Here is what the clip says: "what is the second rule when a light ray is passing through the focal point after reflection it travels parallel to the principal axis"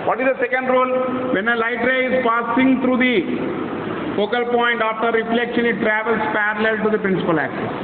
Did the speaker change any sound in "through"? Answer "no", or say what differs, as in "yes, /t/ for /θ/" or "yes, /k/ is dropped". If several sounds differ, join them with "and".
yes, /t/ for /θ/